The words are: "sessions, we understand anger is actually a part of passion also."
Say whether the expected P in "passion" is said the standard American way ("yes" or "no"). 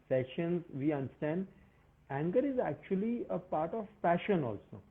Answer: no